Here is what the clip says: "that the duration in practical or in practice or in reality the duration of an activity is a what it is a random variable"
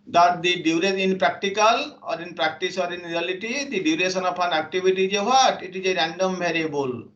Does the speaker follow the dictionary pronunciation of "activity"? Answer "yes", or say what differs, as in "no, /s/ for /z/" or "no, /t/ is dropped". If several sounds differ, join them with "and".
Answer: no, /b/ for /v/